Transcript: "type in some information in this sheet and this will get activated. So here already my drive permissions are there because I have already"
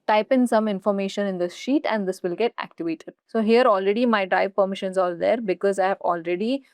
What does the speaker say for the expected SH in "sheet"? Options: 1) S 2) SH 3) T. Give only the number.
2